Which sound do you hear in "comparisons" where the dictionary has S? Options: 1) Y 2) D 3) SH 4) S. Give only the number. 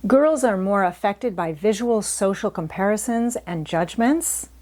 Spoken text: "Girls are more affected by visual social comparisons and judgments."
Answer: 4